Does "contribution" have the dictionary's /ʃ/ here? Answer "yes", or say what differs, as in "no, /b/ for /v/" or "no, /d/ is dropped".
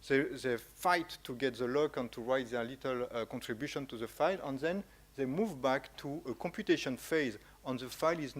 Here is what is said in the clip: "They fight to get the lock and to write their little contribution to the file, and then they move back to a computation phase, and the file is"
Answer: yes